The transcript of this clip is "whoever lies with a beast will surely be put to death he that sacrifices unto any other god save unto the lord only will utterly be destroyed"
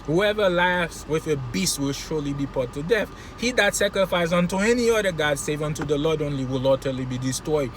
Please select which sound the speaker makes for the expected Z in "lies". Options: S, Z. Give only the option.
S